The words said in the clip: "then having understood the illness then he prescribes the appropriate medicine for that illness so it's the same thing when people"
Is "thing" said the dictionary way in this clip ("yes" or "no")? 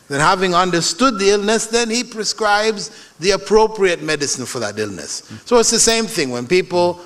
yes